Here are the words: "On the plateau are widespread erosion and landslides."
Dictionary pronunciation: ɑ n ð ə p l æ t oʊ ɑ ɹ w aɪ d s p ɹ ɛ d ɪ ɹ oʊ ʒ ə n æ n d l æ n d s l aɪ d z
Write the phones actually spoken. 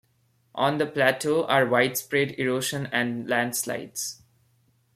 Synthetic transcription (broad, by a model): ɑ n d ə p l æ t oʊ ɑ ɹ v aɪ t s p ɹ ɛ d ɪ ɹ oʊ ʃ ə n æ n d l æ n d s l aɪ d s